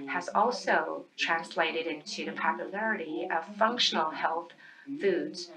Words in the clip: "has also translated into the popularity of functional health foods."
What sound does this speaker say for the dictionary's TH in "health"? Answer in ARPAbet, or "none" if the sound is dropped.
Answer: TH